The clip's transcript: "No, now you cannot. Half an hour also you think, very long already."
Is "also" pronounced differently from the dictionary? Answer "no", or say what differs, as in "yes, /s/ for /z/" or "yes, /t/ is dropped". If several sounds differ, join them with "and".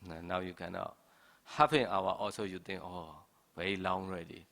no